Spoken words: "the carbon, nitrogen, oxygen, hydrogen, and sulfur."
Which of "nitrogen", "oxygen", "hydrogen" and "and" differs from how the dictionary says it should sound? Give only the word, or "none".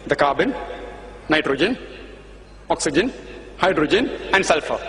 none